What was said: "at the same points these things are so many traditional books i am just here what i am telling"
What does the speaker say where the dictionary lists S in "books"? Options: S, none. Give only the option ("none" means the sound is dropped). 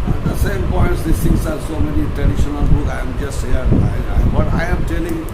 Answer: none